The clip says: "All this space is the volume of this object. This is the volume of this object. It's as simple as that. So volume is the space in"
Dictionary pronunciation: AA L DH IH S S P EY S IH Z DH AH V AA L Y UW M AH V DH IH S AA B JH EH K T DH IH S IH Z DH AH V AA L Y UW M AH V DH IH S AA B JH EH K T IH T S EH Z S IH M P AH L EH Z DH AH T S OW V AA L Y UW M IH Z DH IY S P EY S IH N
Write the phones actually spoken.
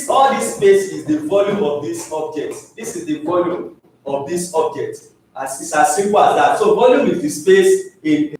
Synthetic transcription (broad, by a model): AA L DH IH S S P EY S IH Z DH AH V AA L Y UW M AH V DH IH S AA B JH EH T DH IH S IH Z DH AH V AA L Y UW M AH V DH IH S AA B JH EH T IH S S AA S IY M P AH L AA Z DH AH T S OW V AA L Y UW M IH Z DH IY S P EY S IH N